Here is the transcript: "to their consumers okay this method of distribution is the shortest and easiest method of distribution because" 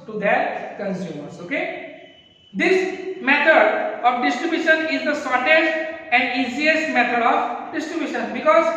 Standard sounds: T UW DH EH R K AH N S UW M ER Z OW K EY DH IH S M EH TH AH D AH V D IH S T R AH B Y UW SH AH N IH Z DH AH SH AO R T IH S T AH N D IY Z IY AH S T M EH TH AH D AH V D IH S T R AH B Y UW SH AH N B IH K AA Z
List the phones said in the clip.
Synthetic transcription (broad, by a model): T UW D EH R K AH N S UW M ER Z OW K EY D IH S M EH T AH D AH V D IH S T R AH B Y UW SH AH N IH Z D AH S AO R T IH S T AH N D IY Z IY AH S T M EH T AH D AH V D IH S T R AH B Y UW SH AH N B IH K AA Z